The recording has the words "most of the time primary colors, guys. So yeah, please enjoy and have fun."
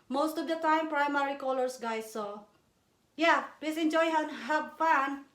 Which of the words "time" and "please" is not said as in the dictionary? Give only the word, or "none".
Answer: please